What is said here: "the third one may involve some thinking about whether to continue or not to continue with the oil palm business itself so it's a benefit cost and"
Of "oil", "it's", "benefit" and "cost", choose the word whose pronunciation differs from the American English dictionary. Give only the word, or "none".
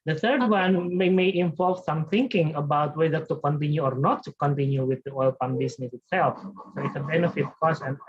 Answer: cost